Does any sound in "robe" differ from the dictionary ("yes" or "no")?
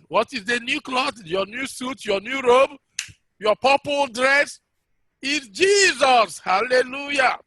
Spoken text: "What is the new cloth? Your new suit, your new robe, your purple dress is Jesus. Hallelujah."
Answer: no